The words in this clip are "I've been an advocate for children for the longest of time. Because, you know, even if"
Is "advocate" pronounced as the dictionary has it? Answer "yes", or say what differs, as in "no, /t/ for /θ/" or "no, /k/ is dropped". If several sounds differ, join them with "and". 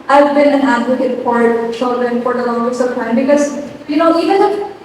no, /k/ is dropped